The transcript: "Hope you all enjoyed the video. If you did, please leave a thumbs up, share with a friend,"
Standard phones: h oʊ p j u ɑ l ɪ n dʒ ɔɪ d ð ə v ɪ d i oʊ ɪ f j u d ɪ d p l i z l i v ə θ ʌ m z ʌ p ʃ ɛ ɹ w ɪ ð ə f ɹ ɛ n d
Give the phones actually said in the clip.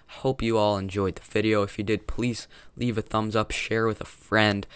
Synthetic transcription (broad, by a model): h oʊ p j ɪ ɑ l ɪ n dʒ ɔɪ d ð ə v ɪ d i oʊ ɪ f j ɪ d ɪ d p l i z l i v ə θ ʌ m z ʌ p ʃ ɛ ɹ w ɪ ð ə f ɹ ɛ n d